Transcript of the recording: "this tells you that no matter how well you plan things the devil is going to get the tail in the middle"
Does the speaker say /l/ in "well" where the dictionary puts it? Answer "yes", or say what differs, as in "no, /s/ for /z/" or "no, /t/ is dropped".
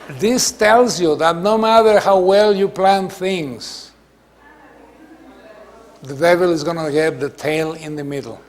yes